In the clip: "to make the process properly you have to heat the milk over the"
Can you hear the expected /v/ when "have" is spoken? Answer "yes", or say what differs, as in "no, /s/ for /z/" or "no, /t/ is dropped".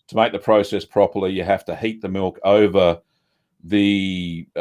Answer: no, /f/ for /v/